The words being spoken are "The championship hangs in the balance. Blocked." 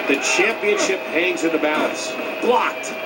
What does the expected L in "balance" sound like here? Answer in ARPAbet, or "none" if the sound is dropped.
none